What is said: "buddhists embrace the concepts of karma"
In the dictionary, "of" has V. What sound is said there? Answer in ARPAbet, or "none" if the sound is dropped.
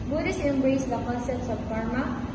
B